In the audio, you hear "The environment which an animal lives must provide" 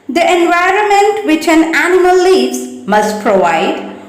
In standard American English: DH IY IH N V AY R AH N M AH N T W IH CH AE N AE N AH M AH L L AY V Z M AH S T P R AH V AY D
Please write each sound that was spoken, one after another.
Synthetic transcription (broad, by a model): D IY IH N V AY R AH N M AH N T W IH CH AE N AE N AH M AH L L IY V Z M AH S T P R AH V AY D